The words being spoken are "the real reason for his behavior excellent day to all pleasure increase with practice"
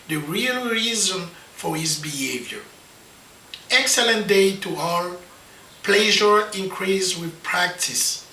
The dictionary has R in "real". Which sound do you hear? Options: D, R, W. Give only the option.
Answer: R